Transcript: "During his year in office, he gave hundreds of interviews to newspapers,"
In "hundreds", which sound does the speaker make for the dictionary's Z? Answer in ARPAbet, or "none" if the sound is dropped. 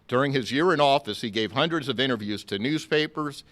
Z